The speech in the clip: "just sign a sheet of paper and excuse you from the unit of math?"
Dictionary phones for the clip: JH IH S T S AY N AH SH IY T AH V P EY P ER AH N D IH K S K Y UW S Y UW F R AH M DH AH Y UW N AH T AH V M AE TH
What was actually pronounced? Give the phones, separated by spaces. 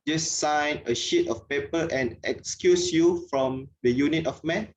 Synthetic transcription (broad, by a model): JH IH S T S AY N AH SH IY T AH F P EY P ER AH N IH K S K Y UW S Y UW F R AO M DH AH Y UW N AH T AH F M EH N